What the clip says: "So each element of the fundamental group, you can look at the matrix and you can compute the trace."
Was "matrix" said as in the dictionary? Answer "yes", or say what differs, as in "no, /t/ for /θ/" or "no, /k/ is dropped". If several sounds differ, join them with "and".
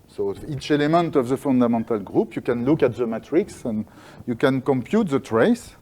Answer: yes